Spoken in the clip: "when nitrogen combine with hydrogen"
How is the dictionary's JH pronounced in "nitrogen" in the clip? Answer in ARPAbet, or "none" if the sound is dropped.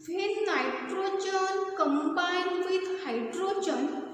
CH